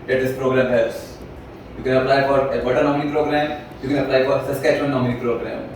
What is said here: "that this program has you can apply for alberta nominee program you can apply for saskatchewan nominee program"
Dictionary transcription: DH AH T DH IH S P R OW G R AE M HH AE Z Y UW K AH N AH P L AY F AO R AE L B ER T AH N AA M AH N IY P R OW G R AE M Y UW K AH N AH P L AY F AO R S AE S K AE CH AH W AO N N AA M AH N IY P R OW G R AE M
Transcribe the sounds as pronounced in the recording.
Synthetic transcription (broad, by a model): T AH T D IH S P R OW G R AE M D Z Y UW K AH N AH P L AY F AO R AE B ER T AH N AA M AH N IY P R OW G R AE M Y UW K AH N AH P L AY F AO R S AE S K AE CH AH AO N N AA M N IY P R OW G R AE M